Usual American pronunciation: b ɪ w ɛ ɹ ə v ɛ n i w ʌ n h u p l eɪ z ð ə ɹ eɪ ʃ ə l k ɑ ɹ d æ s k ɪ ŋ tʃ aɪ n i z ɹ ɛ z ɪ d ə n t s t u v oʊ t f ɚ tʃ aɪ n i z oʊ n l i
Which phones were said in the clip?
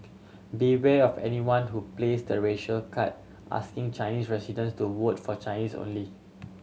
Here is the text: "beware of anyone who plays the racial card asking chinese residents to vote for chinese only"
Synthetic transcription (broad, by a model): b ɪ w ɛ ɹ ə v ɛ n i w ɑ n h u p l eɪ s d ə ɹ eɪ ʃ ə l k ɑ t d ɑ s k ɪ ŋ tʃ aɪ n i s ɹ ɛ s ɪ d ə n s t u w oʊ t f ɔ tʃ aɪ n i s oʊ n l i